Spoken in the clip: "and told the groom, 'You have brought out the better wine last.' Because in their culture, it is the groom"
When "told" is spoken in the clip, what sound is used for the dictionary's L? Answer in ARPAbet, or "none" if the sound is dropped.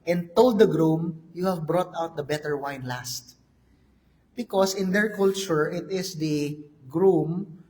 L